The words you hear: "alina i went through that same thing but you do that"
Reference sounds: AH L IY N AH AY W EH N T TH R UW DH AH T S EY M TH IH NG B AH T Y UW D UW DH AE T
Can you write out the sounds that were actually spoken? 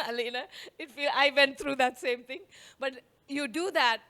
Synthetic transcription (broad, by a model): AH L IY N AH AY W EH N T T R UW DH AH T S EY M T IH NG B AH T Y UW D UW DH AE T